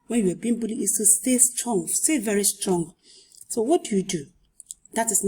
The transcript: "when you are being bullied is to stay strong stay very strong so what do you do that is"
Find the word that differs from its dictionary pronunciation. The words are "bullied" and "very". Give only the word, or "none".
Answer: bullied